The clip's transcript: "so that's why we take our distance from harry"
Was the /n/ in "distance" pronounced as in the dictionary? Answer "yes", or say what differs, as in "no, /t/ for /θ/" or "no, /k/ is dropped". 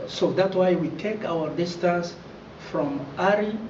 no, /n/ is dropped